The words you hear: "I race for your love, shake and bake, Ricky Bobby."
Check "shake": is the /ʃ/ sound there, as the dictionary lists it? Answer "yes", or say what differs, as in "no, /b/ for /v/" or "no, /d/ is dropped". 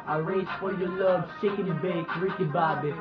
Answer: no, /s/ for /ʃ/